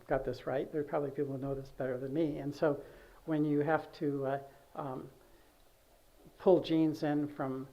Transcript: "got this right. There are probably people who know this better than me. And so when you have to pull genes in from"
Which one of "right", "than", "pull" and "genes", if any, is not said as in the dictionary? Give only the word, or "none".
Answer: none